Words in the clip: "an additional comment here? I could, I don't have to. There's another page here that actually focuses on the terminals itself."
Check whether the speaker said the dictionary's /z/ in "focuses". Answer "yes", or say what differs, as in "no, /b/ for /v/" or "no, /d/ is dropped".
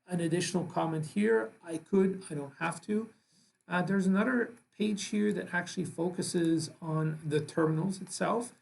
yes